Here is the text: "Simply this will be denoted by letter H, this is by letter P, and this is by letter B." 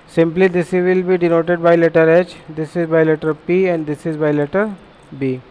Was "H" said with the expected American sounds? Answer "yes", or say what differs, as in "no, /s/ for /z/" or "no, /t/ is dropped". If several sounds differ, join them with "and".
yes